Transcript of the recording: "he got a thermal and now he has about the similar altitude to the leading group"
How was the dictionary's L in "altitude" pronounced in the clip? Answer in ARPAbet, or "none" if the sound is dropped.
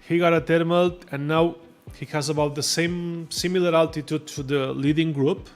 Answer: L